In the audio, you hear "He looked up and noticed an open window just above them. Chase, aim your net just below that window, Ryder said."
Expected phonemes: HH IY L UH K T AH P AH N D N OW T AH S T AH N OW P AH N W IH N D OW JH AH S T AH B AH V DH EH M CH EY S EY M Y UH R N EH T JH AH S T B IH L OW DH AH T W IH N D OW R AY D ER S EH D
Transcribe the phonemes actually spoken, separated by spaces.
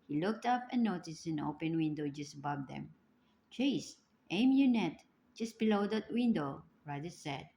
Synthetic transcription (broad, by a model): HH IY L UH K T AH P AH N N OW T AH S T AH N OW P AH N W IH N D OW JH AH S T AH B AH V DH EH M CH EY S EY M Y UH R N EH T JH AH S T B IH L OW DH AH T W IH N D OW R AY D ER S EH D